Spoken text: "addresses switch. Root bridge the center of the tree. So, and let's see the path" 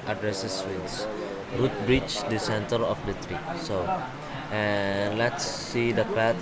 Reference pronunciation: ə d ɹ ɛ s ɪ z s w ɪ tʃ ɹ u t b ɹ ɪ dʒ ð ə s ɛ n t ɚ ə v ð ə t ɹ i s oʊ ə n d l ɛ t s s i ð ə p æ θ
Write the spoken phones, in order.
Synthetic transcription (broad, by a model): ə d ɹ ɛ s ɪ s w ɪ s ɹ u t b ɹ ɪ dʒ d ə s ɛ n t ɚ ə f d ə t ɹ i s oʊ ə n l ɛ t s s i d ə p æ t